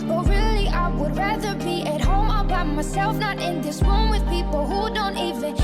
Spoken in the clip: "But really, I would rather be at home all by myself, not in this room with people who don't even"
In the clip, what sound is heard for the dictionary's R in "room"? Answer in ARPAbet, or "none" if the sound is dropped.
W